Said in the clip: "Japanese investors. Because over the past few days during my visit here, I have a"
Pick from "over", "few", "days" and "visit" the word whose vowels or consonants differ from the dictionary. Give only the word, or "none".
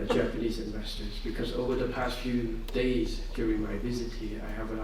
none